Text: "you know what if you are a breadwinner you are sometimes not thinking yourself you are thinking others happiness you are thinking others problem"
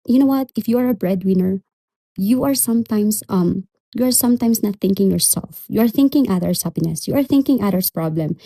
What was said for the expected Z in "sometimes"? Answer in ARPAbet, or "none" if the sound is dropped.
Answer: S